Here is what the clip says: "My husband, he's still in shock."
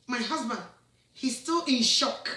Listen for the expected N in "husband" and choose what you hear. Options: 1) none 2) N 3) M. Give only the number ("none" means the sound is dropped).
2